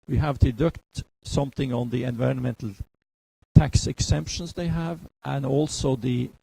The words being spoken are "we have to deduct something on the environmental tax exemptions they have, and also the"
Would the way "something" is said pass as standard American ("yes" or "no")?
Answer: yes